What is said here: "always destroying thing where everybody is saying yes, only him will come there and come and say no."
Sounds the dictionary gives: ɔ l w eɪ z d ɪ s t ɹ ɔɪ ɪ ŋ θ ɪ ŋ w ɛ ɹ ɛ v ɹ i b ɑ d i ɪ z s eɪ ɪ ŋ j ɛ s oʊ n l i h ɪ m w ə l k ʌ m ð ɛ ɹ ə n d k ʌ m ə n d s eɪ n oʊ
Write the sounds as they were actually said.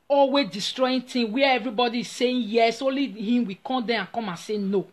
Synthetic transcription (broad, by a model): ɔ l w eɪ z d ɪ s t ɹ ɔɪ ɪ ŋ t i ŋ w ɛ ɛ v ɹ i b ɑ d i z s eɪ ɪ j ɛ s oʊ l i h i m w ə k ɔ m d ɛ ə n k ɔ m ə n s eɪ n oʊ